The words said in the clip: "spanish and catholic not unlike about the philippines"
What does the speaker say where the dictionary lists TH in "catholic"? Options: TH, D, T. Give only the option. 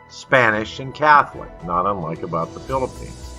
TH